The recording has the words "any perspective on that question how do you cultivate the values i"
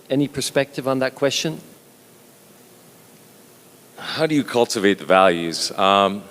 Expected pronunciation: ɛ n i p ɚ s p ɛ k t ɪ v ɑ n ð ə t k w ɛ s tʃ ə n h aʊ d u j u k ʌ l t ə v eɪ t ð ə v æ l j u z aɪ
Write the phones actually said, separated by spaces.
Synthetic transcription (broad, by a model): ɛ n i p ɚ s p ɛ k t ɪ v n ð ə t k w ɛ s tʃ ə n h aʊ d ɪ j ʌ k ʌ l t ə v eɪ t ð ə v æ l j u z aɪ